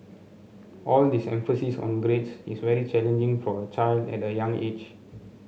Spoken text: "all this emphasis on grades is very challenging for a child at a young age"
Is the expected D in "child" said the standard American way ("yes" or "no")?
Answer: yes